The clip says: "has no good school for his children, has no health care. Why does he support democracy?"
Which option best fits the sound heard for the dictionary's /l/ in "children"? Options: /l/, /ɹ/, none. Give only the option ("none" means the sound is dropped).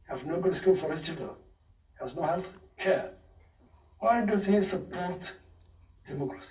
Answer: none